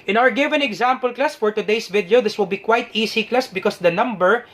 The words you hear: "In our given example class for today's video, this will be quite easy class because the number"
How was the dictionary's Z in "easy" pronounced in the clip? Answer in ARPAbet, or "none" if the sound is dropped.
S